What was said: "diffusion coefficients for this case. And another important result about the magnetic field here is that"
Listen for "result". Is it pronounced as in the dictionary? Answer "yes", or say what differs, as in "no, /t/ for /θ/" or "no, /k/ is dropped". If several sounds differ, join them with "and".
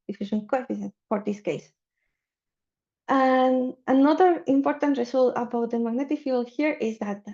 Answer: no, /s/ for /z/